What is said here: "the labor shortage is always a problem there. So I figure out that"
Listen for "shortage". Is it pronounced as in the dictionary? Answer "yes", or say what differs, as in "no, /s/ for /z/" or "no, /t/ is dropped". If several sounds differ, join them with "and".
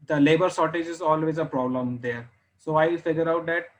no, /s/ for /ʃ/